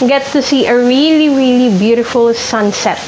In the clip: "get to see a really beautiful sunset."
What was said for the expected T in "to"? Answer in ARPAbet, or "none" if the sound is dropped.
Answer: S